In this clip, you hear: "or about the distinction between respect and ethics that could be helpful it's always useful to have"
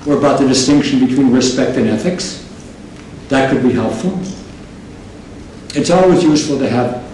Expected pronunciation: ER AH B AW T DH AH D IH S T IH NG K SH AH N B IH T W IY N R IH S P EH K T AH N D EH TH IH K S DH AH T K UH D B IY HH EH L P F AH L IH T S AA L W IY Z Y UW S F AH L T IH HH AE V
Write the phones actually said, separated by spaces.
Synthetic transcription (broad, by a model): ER AH B AW T DH AH D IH S T IH NG K SH N B IH T W IY N R IH S P EH K T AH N EH TH IH K S DH AH T K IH D B IY HH EH L P F L IH T S AA L W IY Z Y UW S F L T IH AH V